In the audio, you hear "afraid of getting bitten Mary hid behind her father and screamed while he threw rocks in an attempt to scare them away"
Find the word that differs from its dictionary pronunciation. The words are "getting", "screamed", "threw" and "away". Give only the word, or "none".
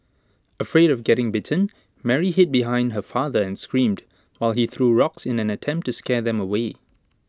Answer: none